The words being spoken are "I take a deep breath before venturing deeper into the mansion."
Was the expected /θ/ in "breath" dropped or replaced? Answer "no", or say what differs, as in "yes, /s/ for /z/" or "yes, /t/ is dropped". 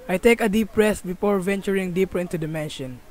yes, /s/ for /θ/